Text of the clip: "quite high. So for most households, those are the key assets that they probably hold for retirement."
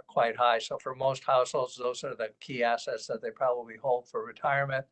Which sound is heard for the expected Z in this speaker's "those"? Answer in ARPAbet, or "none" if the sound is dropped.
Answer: Z